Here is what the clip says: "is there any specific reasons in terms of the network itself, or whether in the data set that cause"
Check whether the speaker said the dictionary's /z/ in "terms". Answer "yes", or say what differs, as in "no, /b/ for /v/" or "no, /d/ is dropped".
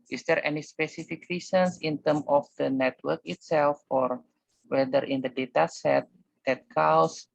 no, /z/ is dropped